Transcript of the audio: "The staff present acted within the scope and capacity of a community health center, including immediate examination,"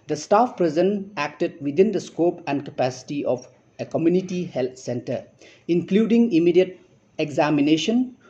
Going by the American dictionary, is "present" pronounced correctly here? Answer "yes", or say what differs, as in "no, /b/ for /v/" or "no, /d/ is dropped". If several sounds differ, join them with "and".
no, /t/ is dropped